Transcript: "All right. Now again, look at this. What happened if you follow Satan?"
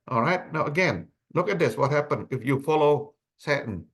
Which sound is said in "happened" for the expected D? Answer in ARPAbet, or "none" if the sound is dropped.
none